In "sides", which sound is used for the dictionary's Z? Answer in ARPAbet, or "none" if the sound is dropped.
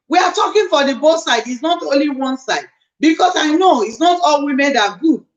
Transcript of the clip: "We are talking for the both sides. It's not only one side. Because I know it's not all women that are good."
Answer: none